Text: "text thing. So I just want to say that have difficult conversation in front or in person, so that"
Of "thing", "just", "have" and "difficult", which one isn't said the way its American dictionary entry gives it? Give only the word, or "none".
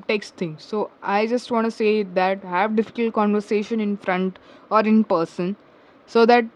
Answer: thing